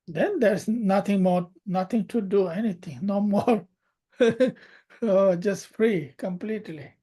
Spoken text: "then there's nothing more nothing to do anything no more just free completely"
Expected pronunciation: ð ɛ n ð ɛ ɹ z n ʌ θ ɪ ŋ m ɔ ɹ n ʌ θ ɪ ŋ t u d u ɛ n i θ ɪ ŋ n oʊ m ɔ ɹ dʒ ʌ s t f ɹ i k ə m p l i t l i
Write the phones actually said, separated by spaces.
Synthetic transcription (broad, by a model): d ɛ n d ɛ ɹ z n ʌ t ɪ ŋ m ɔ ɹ n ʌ t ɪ ŋ t u d u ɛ n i t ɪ ŋ n oʊ m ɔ ɹ dʒ ʌ s t f ɹ i k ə m p l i t l i